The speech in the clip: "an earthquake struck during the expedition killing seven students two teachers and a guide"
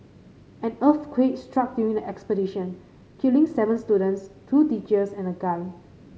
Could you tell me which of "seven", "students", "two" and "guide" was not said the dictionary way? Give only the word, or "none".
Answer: guide